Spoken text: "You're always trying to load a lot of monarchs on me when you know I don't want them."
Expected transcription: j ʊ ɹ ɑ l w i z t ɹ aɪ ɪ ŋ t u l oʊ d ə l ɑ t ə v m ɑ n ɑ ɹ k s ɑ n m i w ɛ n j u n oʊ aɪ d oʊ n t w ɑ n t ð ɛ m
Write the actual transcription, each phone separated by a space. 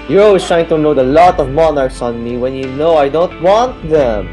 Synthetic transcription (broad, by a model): j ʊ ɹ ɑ l w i s t ɹ aɪ ɪ ŋ t u n oʊ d ə l ɑ t ə v m ɑ n ɑ ɹ k s ɑ n m i w ɛ n j u n oʊ aɪ d oʊ n t w ɑ n t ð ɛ m